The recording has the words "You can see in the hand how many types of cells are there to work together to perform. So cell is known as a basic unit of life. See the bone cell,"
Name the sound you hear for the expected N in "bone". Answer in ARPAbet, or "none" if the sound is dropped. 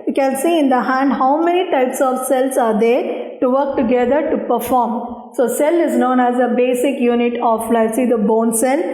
N